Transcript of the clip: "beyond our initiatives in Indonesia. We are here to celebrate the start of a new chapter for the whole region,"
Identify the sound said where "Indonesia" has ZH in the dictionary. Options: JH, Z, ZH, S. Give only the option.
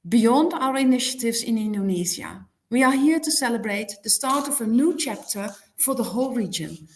Z